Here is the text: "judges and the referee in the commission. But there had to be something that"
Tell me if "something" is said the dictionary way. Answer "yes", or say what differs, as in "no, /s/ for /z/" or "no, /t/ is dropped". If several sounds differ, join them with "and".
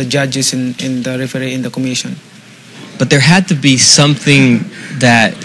yes